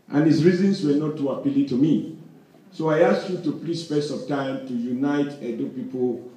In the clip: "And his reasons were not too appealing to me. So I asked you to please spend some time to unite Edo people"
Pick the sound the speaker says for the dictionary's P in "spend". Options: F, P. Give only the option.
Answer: F